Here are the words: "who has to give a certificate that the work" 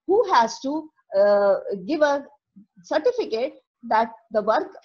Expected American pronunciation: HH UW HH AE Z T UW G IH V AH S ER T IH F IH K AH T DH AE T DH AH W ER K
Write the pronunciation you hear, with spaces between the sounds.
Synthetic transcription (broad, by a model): HH UW HH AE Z T UW G IH V AH S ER T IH F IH K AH T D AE T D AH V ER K